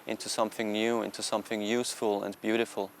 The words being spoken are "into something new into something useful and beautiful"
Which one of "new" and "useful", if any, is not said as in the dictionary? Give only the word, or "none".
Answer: none